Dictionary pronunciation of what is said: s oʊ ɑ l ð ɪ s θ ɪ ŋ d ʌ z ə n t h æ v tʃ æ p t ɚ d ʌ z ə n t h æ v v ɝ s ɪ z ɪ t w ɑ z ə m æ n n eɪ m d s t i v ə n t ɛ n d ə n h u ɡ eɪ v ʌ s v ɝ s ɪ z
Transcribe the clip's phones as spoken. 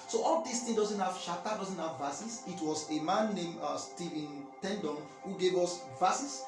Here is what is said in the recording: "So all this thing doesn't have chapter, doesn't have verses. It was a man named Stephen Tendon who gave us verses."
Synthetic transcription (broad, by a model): s oʊ ɑ l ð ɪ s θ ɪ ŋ d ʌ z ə n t h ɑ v ʃ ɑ t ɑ d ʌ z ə n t h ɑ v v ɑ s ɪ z ɪ t w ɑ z ə m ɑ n n eɪ m s t i v ə n t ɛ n d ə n h u ɡ eɪ v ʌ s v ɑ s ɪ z